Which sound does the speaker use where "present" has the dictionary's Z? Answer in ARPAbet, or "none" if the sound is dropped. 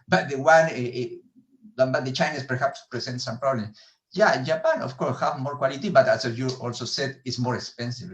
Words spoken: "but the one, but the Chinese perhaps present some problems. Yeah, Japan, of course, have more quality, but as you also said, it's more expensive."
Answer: S